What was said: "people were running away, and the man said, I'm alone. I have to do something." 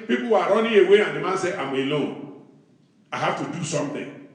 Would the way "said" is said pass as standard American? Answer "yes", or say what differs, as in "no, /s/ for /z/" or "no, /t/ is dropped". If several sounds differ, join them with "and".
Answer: no, /d/ is dropped